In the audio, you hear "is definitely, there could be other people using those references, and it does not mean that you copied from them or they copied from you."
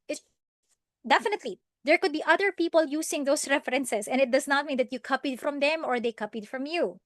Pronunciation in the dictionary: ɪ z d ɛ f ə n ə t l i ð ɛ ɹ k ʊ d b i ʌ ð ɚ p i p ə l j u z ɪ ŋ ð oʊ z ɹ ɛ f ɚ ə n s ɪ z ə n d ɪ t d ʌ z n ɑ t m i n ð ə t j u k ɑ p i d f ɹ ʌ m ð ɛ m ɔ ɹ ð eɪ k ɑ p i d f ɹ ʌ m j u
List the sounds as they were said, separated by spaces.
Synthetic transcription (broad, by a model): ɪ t d ɛ f ə n ə t l i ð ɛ ɹ k ʊ d b i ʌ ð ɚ p i p ə l j u s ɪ ŋ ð oʊ s ɹ ɛ f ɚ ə n s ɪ s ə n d ɪ t d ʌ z n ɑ t m i n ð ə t j u k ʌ p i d f ɹ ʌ m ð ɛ m ɔ ɹ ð eɪ k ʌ p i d f ɹ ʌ m j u